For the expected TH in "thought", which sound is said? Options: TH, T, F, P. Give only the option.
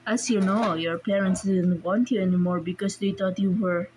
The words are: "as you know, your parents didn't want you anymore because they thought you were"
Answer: T